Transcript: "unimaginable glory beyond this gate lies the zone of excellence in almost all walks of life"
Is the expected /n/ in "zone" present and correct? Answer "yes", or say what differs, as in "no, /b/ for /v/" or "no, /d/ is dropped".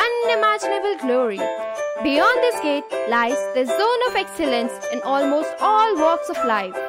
yes